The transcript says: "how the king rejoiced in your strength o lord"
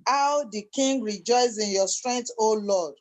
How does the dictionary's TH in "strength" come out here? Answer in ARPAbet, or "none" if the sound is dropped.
T